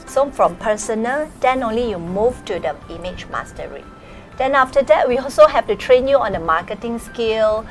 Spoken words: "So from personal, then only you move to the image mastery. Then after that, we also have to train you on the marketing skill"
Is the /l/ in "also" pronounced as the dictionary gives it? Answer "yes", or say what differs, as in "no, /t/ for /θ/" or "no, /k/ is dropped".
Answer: yes